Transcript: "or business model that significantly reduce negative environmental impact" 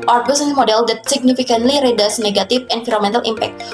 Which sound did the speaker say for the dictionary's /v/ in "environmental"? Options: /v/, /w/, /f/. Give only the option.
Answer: /f/